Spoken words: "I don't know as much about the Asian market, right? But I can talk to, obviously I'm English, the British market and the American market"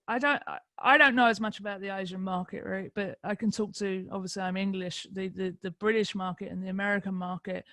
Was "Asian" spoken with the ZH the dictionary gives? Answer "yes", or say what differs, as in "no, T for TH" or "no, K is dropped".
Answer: yes